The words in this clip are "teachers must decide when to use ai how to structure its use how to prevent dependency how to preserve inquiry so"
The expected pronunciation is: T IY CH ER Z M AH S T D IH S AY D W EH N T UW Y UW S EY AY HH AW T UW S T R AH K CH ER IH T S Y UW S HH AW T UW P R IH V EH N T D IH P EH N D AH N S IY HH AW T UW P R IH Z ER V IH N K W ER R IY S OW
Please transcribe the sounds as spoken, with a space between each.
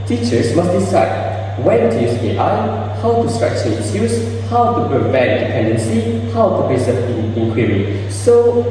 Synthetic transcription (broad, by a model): T IY CH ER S M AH S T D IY S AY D W EH N T UW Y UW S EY AY HH AW T UW S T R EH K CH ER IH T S Y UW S HH AW T UW P R IH V EH N T D IH P EH N D AH N S IY HH AW T UW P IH S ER P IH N K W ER R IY S OW